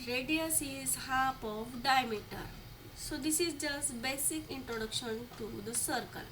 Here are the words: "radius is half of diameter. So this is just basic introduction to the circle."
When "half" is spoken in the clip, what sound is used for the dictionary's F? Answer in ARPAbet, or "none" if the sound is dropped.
P